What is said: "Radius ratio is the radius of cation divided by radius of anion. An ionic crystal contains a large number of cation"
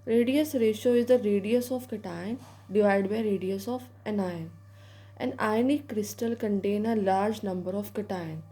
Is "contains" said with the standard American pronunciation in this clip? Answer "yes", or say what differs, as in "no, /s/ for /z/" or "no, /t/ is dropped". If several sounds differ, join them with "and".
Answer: no, /z/ is dropped